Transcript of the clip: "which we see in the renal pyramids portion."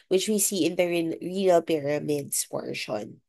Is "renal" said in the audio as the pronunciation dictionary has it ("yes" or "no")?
no